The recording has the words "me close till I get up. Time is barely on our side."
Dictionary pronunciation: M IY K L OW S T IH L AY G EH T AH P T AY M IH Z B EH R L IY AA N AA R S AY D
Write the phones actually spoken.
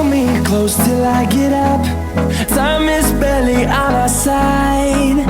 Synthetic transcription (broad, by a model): M IY K L OW S T IH L AY G EH T AH P S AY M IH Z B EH L IY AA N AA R S AY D